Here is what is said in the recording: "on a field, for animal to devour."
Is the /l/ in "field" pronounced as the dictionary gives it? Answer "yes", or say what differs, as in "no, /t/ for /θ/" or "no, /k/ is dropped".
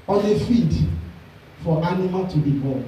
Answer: no, /l/ is dropped